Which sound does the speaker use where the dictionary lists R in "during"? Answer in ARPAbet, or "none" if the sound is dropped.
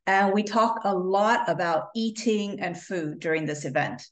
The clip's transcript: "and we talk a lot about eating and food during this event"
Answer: R